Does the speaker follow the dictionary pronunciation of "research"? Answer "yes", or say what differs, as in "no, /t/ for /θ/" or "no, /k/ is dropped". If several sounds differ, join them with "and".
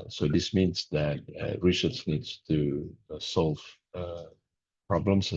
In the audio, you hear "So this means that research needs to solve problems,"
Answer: no, /s/ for /tʃ/